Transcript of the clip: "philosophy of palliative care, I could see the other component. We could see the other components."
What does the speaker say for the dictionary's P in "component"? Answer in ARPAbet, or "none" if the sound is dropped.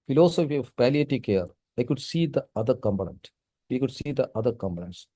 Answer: B